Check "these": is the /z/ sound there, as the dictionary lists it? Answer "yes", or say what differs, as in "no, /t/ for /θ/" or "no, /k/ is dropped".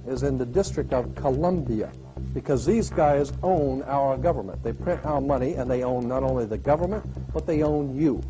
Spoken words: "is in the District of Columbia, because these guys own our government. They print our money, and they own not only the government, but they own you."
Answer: yes